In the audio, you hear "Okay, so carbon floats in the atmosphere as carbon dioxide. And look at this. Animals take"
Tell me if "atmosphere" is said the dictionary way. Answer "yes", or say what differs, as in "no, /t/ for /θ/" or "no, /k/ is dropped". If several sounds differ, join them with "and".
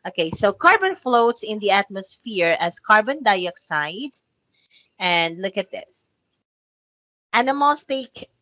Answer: yes